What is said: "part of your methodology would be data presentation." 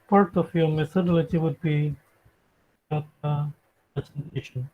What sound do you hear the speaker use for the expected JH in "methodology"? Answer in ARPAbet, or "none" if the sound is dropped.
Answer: CH